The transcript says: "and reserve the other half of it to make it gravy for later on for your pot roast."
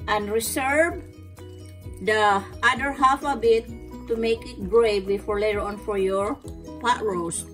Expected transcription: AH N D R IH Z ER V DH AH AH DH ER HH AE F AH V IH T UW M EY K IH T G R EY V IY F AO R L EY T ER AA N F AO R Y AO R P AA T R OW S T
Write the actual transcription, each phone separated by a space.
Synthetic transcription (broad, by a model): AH N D R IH S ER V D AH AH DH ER HH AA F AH B IH T UW M EY K IH T G R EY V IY F AO R L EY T AA N F AO R Y AO R P AA T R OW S